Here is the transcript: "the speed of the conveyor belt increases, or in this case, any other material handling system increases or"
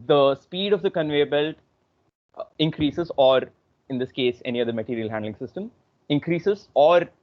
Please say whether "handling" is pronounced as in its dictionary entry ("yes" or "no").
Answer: yes